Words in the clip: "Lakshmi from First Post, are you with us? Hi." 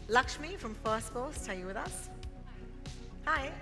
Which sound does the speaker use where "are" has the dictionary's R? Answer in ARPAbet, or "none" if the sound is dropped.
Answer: L